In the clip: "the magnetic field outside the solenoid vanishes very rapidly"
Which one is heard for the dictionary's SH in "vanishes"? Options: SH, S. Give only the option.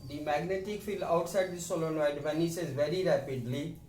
S